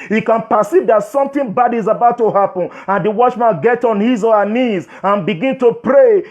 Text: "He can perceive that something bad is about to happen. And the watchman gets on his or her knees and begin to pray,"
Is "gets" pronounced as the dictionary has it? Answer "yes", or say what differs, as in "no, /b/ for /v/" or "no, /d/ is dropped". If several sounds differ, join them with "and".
no, /s/ is dropped